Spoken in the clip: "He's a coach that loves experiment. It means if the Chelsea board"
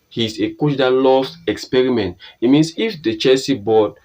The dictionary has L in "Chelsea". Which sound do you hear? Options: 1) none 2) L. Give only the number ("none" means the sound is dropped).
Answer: 1